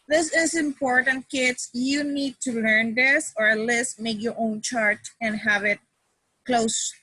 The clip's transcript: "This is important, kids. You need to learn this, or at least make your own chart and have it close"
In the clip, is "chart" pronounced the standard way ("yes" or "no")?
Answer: yes